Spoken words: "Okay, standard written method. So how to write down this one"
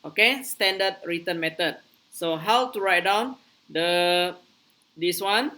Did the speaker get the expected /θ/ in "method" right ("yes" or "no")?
no